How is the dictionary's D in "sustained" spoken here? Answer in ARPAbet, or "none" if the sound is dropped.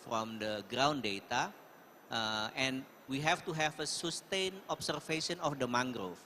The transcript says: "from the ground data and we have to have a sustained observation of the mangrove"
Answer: none